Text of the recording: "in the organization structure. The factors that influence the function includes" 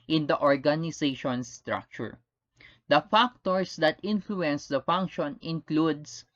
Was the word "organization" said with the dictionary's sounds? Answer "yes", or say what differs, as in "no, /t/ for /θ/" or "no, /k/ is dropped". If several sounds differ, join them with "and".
no, /s/ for /z/